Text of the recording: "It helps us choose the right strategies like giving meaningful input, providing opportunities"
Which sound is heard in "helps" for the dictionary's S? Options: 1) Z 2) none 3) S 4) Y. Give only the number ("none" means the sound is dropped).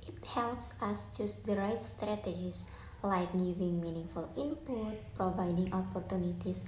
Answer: 3